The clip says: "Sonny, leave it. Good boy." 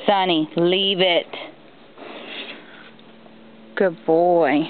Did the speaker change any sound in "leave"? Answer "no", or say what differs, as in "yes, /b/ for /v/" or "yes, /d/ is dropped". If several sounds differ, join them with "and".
no